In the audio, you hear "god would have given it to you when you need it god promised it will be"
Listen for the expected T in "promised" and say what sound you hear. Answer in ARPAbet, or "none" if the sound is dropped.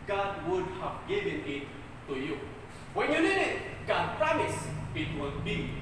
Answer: none